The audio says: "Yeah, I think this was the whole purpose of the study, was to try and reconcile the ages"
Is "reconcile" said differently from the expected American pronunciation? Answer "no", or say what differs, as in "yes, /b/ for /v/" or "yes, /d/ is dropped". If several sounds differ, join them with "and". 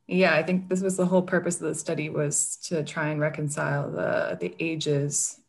no